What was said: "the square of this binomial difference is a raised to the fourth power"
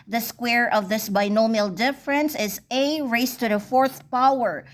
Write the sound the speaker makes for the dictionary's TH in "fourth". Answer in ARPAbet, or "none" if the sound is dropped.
TH